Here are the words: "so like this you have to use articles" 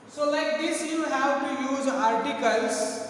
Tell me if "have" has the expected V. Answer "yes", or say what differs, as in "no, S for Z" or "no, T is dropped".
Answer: no, W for V